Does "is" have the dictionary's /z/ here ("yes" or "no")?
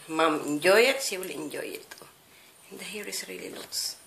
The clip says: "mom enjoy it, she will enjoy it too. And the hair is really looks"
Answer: no